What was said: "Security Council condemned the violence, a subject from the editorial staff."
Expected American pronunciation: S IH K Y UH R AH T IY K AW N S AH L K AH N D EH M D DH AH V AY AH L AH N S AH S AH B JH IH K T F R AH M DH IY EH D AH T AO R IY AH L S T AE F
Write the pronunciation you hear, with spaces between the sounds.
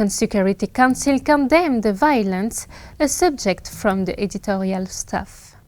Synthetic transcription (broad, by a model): S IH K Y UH R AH T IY K AW N S AH L K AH N D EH M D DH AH V AY AH L AH N S AH S AH B JH IH K T F R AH M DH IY EH D AH T AO R IY AH L S T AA F